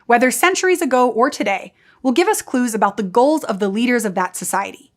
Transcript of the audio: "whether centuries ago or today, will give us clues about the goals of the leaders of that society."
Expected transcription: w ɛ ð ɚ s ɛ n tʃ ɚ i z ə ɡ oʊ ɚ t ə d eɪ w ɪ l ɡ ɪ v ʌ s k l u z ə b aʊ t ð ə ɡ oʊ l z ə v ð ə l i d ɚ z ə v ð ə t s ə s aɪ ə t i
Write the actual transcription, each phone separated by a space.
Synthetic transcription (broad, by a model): w ɛ ð ɚ s ɛ n tʃ ɚ i z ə ɡ oʊ ɚ t ə d eɪ w ɪ l ɡ ɪ v ʌ s k l u z ə b aʊ t ð ə ɡ oʊ l z ə v ð ə l i d ɚ z ə v ð ə t s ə s aɪ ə t i